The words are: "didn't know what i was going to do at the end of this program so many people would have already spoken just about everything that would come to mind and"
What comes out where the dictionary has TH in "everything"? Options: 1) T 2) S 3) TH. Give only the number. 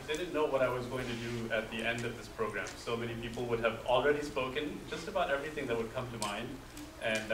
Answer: 3